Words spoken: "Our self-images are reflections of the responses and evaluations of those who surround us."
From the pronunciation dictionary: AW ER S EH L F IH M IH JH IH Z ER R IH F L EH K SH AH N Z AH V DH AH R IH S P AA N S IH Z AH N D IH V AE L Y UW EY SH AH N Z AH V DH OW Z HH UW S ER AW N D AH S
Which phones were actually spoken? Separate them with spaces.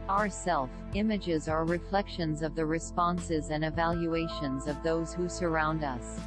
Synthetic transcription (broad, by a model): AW ER S EH L F IH M IH JH IH Z ER R IH F L EH K SH AH N Z AH V DH AH R IH S P AA N S IH Z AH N IH V AE L Y UW EY SH AH N Z AH V DH OW Z HH UW S ER AW N D AH S